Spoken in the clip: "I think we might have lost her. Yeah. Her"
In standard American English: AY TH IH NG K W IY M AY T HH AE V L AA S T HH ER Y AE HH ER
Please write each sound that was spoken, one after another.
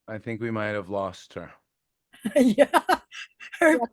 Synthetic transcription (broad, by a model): AY TH IH NG K W IY M AY T HH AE V L AA S T HH ER Y AE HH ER